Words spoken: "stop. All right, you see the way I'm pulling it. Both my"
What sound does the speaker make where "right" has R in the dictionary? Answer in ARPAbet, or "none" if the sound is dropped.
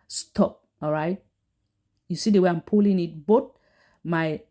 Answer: R